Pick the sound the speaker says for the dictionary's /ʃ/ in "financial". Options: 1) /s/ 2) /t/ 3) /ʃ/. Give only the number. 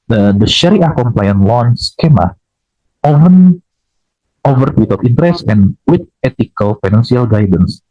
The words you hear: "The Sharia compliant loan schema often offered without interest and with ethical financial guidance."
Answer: 1